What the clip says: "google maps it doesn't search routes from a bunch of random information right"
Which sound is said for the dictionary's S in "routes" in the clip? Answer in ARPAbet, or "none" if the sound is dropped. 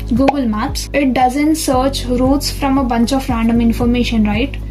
S